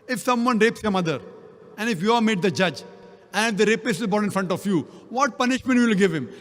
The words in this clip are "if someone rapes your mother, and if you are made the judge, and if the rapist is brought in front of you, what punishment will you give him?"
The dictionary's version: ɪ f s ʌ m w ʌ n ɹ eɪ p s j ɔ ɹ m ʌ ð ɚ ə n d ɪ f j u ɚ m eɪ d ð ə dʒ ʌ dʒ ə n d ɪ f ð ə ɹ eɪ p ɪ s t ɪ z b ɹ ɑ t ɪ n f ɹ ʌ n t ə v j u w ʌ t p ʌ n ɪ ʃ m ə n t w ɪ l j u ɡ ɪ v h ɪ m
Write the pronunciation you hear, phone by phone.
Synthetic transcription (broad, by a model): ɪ f s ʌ m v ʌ n ɹ eɪ p s j ɔ ɹ m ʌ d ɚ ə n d ɪ f j u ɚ m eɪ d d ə dʒ ʌ dʒ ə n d ɪ f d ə ɹ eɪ p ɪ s ɪ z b ɑ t ɪ n f ɹ ʌ n t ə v j u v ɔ t p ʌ n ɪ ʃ m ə n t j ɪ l ɡ ɪ v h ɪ m